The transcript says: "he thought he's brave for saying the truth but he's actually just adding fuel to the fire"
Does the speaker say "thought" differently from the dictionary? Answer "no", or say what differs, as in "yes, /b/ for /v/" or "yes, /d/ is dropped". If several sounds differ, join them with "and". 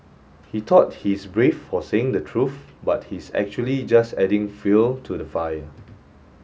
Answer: yes, /t/ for /θ/